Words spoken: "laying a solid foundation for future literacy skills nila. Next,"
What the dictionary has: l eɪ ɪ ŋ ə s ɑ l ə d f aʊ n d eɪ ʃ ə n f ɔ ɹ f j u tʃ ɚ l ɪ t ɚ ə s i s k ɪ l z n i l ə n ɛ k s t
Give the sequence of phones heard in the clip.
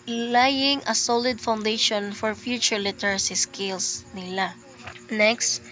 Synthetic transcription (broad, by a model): l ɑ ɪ ŋ ə s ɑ l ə d f aʊ n d eɪ ʃ ə n f ɔ ɹ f j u tʃ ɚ l ɪ t ɚ ə s i s k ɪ l s n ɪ l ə n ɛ k s t